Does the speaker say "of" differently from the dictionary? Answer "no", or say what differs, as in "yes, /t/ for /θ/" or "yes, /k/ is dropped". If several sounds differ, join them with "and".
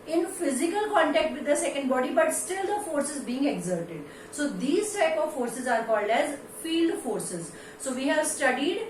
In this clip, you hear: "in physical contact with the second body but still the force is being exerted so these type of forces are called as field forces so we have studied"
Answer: no